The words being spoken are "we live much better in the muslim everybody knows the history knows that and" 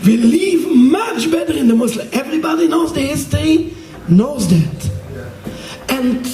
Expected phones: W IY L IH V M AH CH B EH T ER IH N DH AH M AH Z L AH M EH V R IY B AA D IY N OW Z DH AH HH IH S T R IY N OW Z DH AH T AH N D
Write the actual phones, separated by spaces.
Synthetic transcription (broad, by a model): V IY L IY V M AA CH B EH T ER IH N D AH M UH S L EH V R IY B AA D IY N OW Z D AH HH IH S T IY N OW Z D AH T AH N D